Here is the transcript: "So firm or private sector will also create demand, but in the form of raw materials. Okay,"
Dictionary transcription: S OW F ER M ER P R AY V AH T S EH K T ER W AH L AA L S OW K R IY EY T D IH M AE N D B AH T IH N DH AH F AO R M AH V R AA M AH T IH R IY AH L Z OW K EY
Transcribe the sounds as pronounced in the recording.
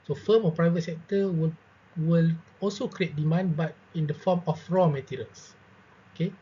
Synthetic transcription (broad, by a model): S OW F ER M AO P R AY V AH T S EH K T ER W AH L AA L S OW K R IY EY T D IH M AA N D B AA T IH N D AH F AO M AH F R AA M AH T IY R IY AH L S OW K EY